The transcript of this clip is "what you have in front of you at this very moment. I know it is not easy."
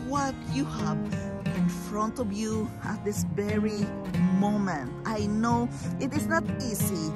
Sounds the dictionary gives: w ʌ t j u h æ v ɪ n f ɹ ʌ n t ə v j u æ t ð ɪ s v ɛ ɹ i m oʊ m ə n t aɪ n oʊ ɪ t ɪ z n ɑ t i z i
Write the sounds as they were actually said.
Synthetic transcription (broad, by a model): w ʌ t j u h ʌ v ɪ n f ɹ ʌ n t ə v j u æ t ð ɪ s v ɛ ɹ i m oʊ m ə n t aɪ n oʊ ɪ t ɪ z n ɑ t i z i